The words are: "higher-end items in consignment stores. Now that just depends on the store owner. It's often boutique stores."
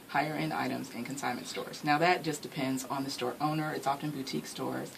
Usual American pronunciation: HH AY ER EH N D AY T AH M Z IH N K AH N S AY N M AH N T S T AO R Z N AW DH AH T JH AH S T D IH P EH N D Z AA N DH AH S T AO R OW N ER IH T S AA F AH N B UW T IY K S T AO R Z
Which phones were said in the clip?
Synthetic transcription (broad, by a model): HH AY ER EH N D AY T AH M Z IH N K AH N S AY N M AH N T S T AO R Z N AW DH AH T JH AH S D IH P EH N D Z N DH AH S T AO R OW N ER IH T S AA F AH N B UW T IY K S T AO R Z